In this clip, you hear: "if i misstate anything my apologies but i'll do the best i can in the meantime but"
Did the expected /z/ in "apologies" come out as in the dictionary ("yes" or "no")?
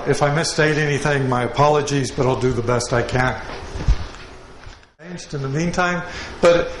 yes